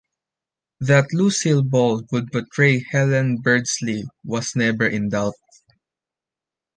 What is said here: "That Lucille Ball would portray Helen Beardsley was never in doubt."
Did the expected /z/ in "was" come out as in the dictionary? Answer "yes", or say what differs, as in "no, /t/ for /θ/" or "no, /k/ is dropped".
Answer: no, /s/ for /z/